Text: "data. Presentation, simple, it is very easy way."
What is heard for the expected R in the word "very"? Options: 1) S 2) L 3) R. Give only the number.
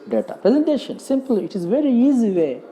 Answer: 3